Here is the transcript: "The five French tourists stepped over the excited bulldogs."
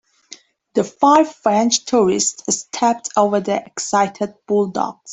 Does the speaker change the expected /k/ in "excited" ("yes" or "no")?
no